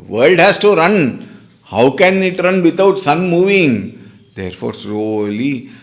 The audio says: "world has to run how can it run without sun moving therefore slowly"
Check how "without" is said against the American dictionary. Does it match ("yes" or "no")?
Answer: no